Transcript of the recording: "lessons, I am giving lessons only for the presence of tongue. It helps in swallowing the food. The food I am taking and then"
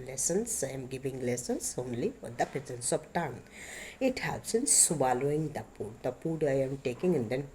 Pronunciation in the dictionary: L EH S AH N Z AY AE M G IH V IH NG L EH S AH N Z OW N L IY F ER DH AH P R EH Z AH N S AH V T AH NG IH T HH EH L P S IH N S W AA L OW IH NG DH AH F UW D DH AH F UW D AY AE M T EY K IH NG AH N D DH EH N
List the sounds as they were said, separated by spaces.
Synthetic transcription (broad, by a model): L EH S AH N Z AY M G IH V IH NG L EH S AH N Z OW N L IY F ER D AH P R EH Z AH N S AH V T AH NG IH T HH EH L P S IH N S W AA L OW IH NG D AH P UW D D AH P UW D AY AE M T EY K IH NG AH N D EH N